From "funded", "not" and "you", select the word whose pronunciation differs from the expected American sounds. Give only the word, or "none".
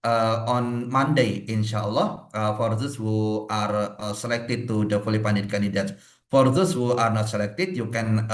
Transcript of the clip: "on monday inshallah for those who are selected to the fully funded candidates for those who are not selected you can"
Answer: funded